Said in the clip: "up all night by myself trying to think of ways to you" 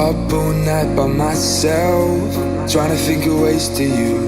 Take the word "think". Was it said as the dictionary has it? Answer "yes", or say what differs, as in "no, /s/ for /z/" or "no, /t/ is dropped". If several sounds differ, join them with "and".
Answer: no, /f/ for /θ/